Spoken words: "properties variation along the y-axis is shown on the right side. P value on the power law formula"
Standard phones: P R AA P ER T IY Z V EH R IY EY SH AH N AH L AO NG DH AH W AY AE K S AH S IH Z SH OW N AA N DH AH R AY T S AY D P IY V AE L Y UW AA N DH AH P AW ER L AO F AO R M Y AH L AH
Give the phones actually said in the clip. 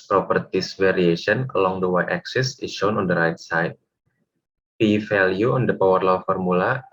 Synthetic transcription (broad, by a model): P R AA P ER T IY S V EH R IY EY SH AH N AH L AO NG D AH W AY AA K S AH S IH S SH OW N AA N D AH R AY T S AY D P IY F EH L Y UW AA N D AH P AW ER L AO F AO R M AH L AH